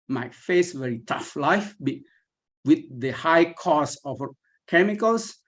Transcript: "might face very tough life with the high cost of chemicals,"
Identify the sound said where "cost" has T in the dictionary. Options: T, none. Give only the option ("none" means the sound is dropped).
none